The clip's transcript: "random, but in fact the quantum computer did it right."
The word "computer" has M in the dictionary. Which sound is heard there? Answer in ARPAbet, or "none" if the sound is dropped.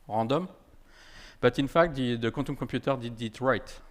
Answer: none